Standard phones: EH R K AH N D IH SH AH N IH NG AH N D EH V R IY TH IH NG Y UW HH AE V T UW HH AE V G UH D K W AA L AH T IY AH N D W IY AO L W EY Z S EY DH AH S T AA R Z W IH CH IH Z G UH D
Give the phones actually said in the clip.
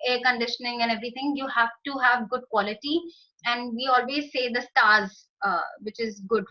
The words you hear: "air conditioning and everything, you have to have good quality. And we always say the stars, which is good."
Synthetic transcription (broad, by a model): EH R K AH N D IH SH AH N IH NG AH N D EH V R IY T IH NG Y UW HH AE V T UW HH AE V G UH D K W AA L AH T IY AH N D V IY AO L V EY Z S EY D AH S T AA R Z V IH CH IH Z G UH D